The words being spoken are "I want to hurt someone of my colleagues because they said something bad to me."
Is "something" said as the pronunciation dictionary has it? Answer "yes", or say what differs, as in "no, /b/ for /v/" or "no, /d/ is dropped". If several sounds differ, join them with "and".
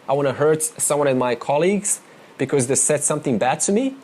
yes